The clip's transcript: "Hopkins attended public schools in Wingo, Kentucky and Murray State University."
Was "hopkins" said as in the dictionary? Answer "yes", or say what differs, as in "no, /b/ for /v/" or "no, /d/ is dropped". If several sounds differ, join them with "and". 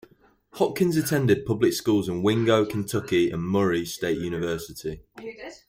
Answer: no, /p/ is dropped